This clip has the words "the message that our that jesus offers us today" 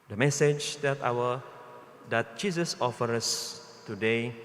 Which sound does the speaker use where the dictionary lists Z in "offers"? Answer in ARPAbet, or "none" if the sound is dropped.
none